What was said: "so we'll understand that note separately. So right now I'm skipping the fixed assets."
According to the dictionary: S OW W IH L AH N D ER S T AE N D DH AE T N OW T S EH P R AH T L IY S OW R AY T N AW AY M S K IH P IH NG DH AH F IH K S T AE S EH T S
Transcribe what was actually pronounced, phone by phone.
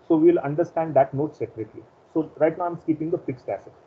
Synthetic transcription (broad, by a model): S OW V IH L AH N D ER S T AE N D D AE T N OW T S EH P R AH T L IY S OW R AY T N AW AY M S K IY P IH NG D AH F IH K S T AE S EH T